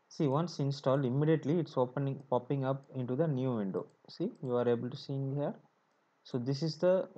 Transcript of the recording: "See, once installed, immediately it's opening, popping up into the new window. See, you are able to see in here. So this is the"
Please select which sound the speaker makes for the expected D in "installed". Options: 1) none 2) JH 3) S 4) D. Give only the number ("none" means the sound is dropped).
4